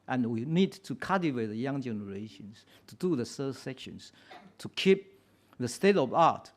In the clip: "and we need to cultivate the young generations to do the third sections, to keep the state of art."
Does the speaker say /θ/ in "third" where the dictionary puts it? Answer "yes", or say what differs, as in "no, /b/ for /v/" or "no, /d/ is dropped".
no, /s/ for /θ/